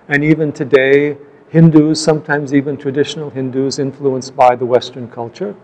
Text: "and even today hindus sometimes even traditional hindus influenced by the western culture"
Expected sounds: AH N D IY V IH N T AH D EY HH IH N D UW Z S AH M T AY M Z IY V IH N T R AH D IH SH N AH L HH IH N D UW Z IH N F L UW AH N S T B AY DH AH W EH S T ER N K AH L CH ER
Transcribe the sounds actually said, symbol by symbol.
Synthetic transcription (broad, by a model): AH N IY V IH N T AH D EY HH IH N D UW Z S AH M T AY M Z IY V IH N T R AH D IH SH N L HH IH N D UW Z IH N F L UW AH N S B AY DH AH W EH S T ER N K AH L CH ER